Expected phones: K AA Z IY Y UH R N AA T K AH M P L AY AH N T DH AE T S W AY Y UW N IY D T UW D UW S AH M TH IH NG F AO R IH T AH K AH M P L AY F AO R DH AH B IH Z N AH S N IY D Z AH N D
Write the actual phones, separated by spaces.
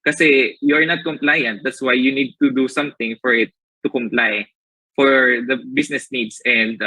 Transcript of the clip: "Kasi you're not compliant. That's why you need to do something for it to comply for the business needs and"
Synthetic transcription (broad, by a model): K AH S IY Y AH R N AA T K AH M P L AY AH N T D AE T S W AY Y UW N IY D T UW D UW S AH M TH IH NG F AO R IH T AH K AH M P L AY F AO R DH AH B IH S N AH S N IY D S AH N D